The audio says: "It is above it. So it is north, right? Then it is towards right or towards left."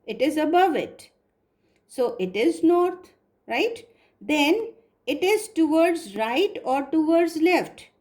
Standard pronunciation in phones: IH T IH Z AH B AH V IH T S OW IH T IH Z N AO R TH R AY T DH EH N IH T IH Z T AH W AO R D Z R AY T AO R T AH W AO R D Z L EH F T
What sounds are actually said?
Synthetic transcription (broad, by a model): IH T IH Z AH B AH V IH T S OW IH T IH Z N AO R T R AY T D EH N IH T IH Z T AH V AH R D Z R AY T AO R T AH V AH R D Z L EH F T